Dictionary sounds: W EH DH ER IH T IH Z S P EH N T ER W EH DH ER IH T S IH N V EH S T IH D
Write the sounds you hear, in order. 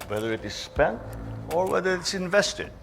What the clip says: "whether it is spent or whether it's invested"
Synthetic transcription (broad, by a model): W EH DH ER IH T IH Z S P EH N T ER W EH DH ER IH T S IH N V EH S T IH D